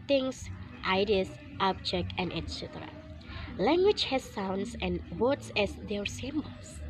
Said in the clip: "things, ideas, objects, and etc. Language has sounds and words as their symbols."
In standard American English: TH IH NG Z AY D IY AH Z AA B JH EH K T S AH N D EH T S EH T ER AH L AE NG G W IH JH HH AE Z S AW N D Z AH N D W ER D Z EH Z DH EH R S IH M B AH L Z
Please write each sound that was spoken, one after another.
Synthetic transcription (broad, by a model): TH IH NG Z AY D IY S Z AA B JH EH K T AH N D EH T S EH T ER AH L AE NG G W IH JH HH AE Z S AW N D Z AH N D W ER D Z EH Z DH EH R S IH M B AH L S